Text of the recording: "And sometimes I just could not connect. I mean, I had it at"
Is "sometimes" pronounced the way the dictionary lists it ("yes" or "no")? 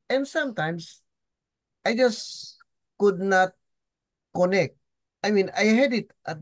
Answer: no